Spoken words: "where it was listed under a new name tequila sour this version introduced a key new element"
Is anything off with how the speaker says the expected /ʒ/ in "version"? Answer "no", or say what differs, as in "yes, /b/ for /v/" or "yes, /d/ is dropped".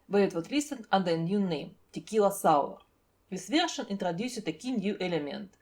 yes, /ʃ/ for /ʒ/